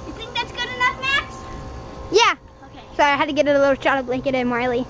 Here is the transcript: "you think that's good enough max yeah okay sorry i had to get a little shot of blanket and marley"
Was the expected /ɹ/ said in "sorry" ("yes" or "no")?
no